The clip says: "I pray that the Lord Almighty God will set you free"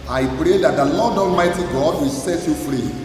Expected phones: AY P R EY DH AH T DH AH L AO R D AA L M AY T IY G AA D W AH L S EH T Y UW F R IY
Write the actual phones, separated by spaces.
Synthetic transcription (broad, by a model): AY P R EY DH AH T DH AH L AO D AA L M AY T IY G AA D W AH L S EH T Y UW F R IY